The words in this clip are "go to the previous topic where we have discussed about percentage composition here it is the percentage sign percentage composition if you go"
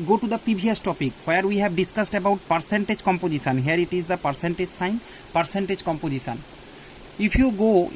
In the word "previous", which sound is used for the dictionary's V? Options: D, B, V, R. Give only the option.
B